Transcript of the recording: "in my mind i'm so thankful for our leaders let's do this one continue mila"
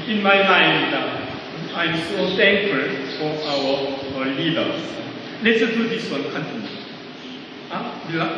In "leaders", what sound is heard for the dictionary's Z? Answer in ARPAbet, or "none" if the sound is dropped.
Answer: S